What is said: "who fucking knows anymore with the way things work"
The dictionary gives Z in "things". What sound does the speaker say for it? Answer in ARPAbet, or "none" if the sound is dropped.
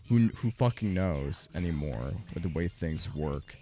Z